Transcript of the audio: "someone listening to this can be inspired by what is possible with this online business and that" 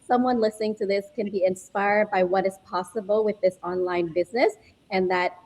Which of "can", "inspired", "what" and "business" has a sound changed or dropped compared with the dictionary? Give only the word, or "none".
none